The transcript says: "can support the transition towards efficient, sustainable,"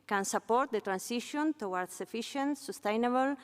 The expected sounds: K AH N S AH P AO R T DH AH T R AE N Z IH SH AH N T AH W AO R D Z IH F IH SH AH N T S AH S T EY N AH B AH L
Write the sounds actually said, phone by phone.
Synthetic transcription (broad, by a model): K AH N S AH P AO R T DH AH T R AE N S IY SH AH N T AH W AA R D S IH F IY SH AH N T S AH S T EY N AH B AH L